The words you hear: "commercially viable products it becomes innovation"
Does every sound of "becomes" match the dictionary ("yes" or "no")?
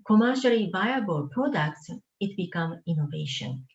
no